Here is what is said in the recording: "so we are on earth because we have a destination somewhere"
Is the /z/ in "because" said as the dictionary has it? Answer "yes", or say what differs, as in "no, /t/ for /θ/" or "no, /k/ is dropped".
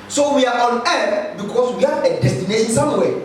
no, /s/ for /z/